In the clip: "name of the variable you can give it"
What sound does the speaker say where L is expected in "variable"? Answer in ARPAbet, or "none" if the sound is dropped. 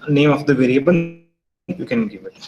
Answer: N